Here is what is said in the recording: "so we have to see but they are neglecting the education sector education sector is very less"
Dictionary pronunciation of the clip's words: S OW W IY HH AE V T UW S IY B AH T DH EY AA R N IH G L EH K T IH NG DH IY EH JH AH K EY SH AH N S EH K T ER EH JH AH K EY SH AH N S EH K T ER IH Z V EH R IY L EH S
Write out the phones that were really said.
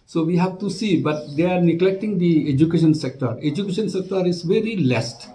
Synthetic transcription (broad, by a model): S OW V IY HH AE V T UW S IY B AH T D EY AA R N IH G L EH K T IH NG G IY EH JH AH K EY SH AH N S EH K T ER EH JH AH K EY SH AH N S EH K T ER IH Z V EH R IY L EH S